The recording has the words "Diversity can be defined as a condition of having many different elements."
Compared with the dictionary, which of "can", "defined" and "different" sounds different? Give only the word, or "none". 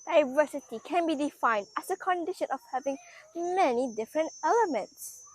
none